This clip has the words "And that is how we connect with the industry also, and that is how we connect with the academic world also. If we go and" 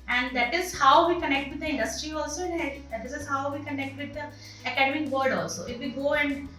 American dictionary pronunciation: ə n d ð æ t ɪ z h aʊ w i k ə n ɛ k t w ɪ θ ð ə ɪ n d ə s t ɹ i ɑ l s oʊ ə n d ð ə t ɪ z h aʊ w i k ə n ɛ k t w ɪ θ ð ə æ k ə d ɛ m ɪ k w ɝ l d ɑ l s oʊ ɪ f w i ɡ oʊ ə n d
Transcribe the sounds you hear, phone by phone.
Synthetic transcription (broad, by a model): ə n d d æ t ɪ z h aʊ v i k ə n ɛ k t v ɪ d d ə ɪ n d ə s t ɹ i ɑ l s oʊ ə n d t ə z ɪ z h aʊ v i k ə n ɛ k t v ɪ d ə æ k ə d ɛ m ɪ k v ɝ d ɑ l s oʊ ɪ f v i ɡ oʊ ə n d